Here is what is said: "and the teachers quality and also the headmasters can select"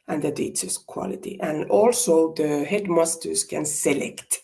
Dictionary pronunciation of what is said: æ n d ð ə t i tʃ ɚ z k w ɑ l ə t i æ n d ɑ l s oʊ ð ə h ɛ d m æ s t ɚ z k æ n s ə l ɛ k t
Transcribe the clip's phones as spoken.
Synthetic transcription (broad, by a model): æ n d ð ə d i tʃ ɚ s k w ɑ l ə t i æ n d ɑ l s oʊ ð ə h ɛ d m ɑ s t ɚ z k æ n s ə l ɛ k t